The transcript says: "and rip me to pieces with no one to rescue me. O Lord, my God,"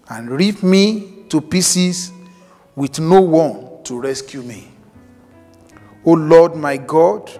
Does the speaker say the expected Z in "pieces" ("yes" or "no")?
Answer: no